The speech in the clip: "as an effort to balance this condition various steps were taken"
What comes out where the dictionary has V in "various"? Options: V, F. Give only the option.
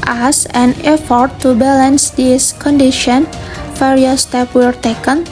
F